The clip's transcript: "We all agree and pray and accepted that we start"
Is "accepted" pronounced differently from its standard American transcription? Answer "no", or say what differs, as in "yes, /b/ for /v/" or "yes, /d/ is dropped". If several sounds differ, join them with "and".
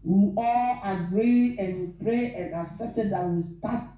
yes, /k/ is dropped